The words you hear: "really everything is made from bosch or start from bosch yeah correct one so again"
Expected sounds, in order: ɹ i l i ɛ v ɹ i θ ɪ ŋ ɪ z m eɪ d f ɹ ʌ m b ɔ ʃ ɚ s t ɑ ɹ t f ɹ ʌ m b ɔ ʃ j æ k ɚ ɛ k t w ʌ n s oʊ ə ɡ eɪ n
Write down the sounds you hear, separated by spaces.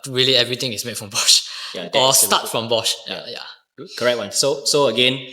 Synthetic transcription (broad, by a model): ɹ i l i ɛ v ɹ i t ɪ ŋ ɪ s m eɪ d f ɹ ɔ m b ɔ ʃ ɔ s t ɑ t f ɹ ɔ m b ɔ ʃ j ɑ k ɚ ɛ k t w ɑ n s oʊ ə ɡ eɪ n